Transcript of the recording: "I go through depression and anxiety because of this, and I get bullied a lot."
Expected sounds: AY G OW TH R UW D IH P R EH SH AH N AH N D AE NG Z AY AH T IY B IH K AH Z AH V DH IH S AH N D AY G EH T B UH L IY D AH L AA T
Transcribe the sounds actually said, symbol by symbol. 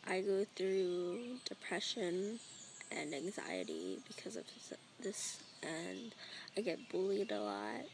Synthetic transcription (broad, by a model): AY G OW TH R UW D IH P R EH SH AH N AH N AE NG Z AY AH T IY B IH K AH Z AH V DH IH S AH N AY G EH T B UH L IY D AH L AA T